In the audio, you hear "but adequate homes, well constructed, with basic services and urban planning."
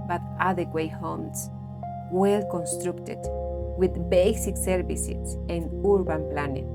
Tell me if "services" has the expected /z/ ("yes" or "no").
no